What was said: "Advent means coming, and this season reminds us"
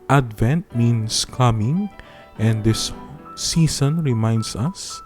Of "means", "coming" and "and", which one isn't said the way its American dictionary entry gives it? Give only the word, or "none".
means